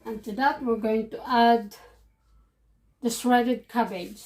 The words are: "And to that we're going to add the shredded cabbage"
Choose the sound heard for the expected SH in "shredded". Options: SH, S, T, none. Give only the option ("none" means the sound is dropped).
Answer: S